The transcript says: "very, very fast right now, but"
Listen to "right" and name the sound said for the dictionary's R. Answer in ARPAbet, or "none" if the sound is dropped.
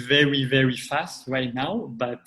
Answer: W